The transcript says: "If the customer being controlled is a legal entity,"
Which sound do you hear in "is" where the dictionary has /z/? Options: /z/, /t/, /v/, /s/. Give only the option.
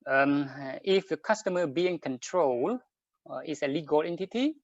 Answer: /s/